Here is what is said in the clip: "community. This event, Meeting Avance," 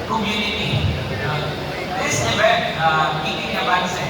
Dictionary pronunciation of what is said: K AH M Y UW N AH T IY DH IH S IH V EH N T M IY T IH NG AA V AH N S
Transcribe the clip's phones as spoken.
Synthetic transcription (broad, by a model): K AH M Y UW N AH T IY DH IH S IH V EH T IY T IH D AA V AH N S